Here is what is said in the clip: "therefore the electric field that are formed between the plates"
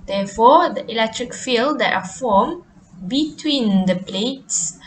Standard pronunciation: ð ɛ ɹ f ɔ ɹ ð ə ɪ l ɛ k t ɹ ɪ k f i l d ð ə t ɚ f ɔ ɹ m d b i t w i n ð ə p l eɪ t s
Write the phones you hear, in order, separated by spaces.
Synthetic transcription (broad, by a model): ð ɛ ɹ f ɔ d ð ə ɪ l ɛ k t ɹ ɪ k f i l d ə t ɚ f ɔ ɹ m b i t w i n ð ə p l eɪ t s